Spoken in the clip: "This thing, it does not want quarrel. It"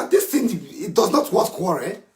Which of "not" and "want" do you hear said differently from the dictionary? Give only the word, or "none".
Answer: want